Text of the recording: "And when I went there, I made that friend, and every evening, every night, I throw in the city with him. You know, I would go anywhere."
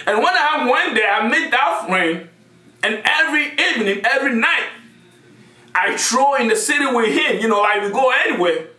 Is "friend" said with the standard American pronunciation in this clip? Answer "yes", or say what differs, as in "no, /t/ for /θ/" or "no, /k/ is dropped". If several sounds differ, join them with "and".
no, /d/ is dropped